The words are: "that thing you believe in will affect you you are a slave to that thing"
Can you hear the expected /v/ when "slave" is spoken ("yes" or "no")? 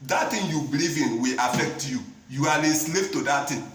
no